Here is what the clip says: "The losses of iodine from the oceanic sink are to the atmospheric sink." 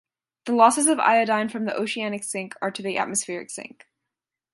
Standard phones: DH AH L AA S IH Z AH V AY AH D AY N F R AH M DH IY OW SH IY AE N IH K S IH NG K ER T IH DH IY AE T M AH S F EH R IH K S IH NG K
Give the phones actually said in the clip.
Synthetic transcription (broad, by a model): DH AH L AA S IH Z AH V AY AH D AY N F R AH M DH IY OW SH IY AE N IH K S IH NG K ER T IH DH IY AE T M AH S F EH R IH K S IH NG K